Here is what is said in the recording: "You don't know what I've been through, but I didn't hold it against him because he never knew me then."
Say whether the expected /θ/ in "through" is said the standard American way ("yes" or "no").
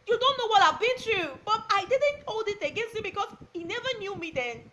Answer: no